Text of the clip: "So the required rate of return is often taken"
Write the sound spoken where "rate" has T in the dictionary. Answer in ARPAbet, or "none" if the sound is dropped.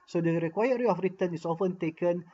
none